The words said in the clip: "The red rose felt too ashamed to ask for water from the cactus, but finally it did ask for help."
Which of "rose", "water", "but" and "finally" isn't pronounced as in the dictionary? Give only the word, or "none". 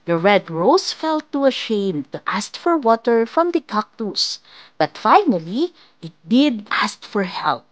rose